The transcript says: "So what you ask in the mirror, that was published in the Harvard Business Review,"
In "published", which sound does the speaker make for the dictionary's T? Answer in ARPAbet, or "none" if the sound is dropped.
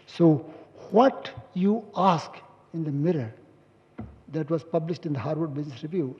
T